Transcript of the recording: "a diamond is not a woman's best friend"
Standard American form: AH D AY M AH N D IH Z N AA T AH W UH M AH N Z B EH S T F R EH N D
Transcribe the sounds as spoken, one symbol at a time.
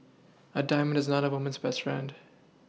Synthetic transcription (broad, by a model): AH D AY M AH N D IH Z N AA T AH W UH M AH N Z B EH S T F R EH N D